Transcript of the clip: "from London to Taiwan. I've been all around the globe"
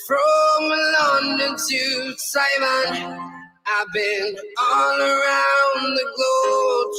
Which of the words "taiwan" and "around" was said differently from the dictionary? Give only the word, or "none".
taiwan